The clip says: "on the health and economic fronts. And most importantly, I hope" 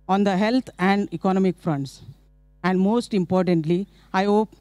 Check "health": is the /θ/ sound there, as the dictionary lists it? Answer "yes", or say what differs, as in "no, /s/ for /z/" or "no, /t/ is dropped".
no, /t/ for /θ/